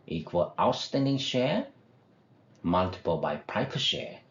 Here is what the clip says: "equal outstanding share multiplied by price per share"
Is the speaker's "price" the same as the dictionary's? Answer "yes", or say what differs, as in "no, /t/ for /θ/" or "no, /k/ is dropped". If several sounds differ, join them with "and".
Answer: no, /s/ is dropped